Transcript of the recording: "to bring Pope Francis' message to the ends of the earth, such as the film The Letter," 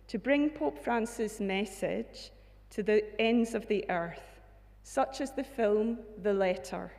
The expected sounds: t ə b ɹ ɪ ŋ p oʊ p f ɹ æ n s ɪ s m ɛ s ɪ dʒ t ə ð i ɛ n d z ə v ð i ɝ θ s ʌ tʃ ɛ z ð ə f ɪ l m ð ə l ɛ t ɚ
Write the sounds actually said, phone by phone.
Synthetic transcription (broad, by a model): t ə b ɹ ɪ ŋ p oʊ p f ɹ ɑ n s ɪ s m ɛ s ɪ dʒ t ə ð i ɛ n d z ə v ð i ɝ θ s ʌ tʃ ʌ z ð ə f ɪ l m ð ə l ɛ t ɚ